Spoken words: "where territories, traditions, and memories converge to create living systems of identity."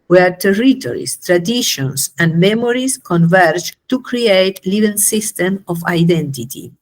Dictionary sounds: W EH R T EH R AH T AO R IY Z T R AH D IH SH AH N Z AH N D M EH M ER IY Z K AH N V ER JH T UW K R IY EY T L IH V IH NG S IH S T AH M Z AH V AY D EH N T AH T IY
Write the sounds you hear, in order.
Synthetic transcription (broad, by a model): W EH R T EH R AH T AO R IY S T R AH D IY SH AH N S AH N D M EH M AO IY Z K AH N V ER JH T UW K R IY EY T L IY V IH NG S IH S T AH M AH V AY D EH N T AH T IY